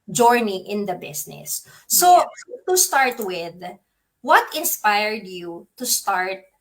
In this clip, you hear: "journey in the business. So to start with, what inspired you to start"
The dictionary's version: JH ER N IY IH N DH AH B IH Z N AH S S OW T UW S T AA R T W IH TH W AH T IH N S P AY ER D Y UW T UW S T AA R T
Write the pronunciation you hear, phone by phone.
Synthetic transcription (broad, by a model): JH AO N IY IH N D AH B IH S N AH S S OW T UW S T AA R T W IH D W AH T IH N S P AY ER D Y UW T UW S T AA R T